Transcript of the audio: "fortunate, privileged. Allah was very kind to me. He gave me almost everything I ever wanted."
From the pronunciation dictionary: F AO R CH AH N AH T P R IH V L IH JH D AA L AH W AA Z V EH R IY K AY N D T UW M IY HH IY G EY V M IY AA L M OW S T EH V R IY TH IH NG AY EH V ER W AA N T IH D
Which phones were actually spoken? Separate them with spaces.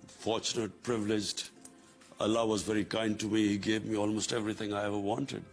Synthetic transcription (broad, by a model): F AO R CH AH N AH T P R IH V L IH JH D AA L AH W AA Z V EH R IY K AY N D T UW M IY HH IY G EY V M IY AA L M OW S T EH V R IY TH IH NG AY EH V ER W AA N T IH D